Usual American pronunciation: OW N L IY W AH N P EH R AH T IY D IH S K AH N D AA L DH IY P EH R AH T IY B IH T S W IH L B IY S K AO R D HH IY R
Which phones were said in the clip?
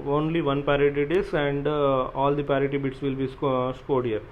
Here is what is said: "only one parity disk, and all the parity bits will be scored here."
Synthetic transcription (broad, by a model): OW N L IY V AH N P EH R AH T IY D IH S AH N D AA L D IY P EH R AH T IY B IH T S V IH L B IY S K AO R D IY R